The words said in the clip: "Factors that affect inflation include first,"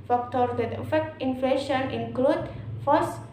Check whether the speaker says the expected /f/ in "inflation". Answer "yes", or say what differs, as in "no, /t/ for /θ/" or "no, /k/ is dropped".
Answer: yes